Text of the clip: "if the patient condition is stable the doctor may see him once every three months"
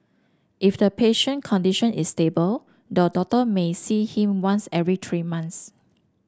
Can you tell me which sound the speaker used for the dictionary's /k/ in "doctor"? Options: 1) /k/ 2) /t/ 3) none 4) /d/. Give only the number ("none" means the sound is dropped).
3